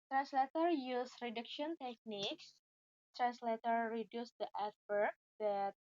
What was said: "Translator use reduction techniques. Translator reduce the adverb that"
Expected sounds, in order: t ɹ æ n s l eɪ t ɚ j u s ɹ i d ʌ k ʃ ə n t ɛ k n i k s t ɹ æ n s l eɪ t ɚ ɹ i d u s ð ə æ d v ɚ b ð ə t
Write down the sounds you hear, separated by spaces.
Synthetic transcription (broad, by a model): t ɹ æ n s l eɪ t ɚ j u s ɹ i d ʌ k ʃ ə n t ɛ k n i k s t ɹ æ n s l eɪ t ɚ ɹ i d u s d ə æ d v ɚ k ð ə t